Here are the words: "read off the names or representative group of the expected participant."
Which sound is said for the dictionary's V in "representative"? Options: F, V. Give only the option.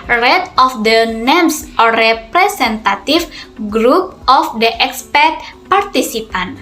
F